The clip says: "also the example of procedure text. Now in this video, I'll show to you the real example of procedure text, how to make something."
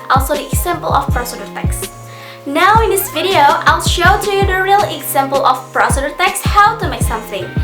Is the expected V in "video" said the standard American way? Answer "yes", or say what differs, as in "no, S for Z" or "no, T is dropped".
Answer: yes